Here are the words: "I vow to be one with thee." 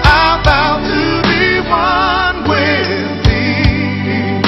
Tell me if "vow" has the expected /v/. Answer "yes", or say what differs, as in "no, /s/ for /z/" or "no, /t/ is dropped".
no, /b/ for /v/